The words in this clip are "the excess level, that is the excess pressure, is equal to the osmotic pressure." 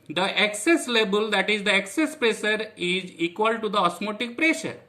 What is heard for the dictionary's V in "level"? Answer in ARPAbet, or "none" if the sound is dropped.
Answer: B